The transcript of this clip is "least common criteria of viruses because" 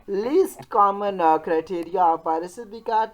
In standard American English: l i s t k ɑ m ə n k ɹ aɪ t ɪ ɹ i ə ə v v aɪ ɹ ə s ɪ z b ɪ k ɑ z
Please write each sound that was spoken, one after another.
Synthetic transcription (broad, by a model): l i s t k ɑ m ə n k ɹ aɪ t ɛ ɹ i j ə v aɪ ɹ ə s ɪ b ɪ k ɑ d